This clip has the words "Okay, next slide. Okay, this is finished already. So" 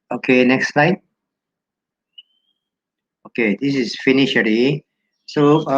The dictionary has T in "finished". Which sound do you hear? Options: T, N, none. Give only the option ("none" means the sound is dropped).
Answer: none